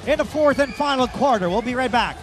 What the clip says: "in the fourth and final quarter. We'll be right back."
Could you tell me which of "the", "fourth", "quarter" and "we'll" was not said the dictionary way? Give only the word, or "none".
none